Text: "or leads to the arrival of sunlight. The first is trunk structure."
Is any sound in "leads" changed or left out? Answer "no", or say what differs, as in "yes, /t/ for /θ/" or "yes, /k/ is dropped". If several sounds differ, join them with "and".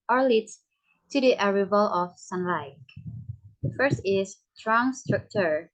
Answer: yes, /z/ is dropped